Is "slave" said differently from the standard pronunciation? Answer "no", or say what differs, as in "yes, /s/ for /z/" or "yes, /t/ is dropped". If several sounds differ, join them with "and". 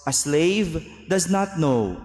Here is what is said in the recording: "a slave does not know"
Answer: no